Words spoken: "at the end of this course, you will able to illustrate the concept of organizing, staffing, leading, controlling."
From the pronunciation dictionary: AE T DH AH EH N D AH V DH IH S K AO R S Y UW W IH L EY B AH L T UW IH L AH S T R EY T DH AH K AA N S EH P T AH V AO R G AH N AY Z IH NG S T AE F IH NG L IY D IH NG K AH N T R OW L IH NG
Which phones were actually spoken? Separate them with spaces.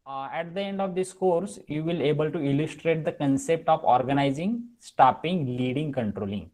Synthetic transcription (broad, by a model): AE T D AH EH N D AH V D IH S K AO R S Y UW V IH L EY B AH L T UW IH L AH S T R EY T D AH K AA N S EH P T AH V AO R G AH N AY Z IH NG S T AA P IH NG L IY D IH NG K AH N T R OW L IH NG